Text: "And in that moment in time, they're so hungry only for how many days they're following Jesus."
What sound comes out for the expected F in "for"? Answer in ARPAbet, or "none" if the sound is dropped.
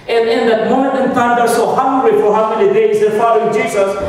F